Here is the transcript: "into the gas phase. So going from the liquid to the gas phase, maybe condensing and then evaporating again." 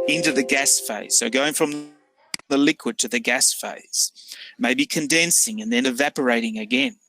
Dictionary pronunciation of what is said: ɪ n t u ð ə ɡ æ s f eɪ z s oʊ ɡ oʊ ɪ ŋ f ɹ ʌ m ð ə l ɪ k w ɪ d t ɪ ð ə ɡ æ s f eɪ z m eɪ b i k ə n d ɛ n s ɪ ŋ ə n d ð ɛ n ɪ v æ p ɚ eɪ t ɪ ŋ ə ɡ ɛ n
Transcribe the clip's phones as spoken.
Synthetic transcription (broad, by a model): ɪ n t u ð ə ɡ æ s f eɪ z s oʊ ɡ oʊ ɪ ŋ f ɹ ʌ m ð ə l ɪ k w ɪ d t ɪ ð ə ɡ æ s f eɪ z m eɪ b i k ə n d ɛ n s ɪ ŋ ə n ð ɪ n ɪ v æ p ɚ eɪ t ɪ ŋ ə ɡ ɛ n